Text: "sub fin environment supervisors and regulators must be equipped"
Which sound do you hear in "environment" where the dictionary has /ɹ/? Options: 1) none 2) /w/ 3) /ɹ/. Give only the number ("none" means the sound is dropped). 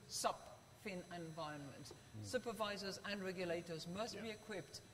1